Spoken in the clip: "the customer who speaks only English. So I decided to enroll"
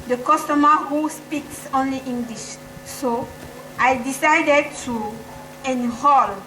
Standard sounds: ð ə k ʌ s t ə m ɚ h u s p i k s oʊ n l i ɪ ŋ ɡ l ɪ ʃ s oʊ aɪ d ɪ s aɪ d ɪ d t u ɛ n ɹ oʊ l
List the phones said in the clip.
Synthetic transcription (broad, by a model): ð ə k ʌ s t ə m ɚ h u s p i k s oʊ n l i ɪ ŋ ɡ l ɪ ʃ s oʊ aɪ d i s aɪ d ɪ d t u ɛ n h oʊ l